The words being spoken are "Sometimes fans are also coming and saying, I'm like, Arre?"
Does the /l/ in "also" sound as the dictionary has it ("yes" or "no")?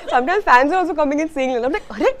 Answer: no